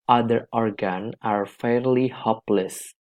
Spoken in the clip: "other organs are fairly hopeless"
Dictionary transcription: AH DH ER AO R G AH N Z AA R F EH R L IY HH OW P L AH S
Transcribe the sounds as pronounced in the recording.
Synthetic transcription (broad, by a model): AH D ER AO R G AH N AA R F EH R L IY HH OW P L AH S